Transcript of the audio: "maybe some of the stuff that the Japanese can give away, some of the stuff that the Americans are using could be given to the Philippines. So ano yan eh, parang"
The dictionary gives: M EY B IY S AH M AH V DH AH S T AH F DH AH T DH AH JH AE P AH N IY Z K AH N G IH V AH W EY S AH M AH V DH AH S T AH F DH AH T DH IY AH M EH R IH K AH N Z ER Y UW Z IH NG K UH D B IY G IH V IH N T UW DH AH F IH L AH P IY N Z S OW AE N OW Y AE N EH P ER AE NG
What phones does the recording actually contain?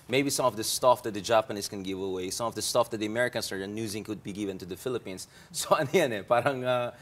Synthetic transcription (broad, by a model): M EY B IY S AH M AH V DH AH S T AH F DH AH T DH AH JH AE P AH N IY S K AH N G IH V AH W EY S AH M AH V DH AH S T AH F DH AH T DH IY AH M EH R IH K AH N S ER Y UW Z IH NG K UH D B IY G IH V IH N T UW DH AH F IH L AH P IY N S S OW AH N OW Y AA N EH P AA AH NG